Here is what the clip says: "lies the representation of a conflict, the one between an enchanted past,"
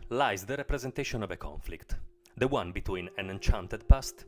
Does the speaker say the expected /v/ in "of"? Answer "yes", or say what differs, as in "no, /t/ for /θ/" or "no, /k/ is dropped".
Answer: yes